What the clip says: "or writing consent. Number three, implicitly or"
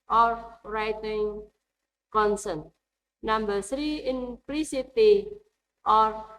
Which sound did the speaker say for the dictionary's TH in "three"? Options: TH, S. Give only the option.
S